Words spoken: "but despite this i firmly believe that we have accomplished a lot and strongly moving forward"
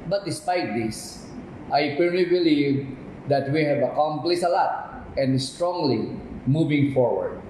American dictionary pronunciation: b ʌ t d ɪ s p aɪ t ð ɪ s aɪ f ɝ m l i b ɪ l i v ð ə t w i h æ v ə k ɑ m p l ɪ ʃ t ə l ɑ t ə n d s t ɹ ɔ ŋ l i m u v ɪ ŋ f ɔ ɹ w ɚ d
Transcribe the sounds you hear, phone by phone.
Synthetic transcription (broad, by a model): b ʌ t d ɪ s p aɪ t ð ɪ s aɪ p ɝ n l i b ɪ l i v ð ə t w i h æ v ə k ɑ m p l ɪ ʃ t ə l ɑ t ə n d s t ɹ ɔ ŋ l i m u v ɪ ŋ f ɔ ɹ w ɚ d